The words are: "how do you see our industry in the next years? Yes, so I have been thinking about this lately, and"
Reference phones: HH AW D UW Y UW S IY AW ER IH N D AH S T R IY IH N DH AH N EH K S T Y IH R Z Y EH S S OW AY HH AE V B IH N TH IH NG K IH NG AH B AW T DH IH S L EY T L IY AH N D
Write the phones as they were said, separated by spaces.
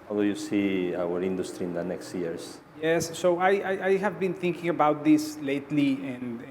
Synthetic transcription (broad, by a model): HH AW D UW Y UW S IY AW ER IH N D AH S T R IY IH N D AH N EH K S T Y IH R S Y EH S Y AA AY HH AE V B IH N TH IH NG K IH NG AH B AW T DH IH S L EY T L IY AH N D